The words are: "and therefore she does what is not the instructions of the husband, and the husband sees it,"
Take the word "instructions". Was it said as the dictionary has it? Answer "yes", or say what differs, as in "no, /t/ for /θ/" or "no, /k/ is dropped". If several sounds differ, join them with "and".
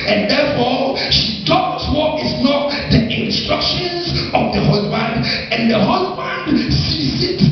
yes